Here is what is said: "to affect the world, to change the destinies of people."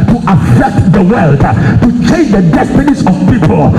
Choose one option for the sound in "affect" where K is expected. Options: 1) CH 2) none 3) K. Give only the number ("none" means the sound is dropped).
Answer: 3